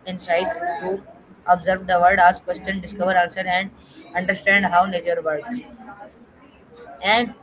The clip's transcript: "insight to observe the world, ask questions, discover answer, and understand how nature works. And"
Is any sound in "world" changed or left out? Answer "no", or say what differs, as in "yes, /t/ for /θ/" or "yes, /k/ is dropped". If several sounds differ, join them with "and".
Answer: yes, /l/ is dropped